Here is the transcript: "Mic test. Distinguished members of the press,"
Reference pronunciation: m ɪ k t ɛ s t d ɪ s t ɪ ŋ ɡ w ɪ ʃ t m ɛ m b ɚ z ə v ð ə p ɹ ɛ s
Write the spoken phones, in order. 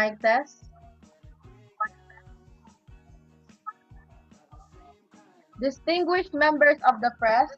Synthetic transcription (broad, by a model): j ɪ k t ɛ s d ɪ s t ɪ ŋ ɡ w ɪ ʃ t m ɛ m b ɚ s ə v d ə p ɹ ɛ s